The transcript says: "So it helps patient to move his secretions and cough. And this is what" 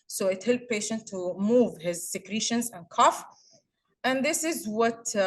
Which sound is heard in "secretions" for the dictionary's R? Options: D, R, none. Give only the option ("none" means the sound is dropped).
R